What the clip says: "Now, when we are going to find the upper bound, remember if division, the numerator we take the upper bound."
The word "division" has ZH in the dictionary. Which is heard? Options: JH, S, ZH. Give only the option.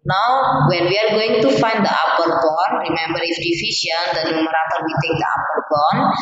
S